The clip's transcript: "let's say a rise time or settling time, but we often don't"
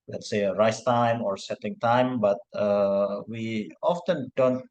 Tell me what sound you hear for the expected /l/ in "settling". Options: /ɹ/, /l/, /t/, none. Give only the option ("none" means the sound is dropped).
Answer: none